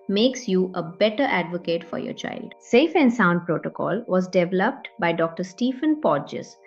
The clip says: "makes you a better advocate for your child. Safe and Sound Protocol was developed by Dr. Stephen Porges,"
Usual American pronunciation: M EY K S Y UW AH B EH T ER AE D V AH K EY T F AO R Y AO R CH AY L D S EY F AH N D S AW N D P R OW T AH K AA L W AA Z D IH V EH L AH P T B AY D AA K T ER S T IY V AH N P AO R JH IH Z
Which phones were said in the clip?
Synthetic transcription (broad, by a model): M EY K S Y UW AH B EH T ER AE D V AH K EY T F AO R Y AO R CH AY L D S EY F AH N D S AW N D P R OW T AH K AA L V AA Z D IH V EH L AH P T B AY D AA K T ER S T IY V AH N P AO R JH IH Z